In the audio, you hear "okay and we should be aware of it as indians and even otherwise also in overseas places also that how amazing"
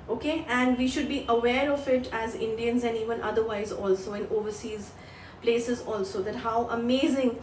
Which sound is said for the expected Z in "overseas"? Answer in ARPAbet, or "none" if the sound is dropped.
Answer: Z